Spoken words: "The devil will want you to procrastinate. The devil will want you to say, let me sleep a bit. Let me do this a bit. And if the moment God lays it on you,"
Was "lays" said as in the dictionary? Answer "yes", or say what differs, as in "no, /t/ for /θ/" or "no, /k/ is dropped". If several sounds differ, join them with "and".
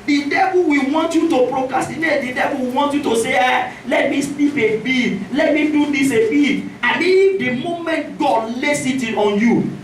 no, /s/ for /z/